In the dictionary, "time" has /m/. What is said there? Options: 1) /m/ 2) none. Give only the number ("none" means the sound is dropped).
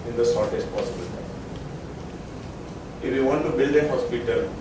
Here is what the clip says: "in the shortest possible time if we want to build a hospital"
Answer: 2